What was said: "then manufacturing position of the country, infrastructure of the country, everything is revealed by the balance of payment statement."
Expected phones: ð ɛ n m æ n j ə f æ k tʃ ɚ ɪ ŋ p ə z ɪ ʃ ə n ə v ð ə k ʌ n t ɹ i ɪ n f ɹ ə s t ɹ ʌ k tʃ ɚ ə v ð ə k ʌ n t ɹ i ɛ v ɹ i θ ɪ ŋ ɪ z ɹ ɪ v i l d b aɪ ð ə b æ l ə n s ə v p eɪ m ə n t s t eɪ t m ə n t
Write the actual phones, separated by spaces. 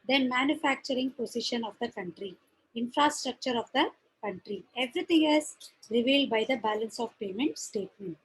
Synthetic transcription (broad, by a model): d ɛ n m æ n j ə f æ k tʃ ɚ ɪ ŋ p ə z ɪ ʃ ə n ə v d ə k ʌ n t ɹ i ɪ n f ɹ ə s t ɹ ʌ k tʃ ɚ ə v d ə k ʌ n t ɹ i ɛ v ɹ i t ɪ ŋ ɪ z ɹ ɪ v i l d b aɪ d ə b æ l ə n s ə v p eɪ m ə n t s t eɪ t m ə n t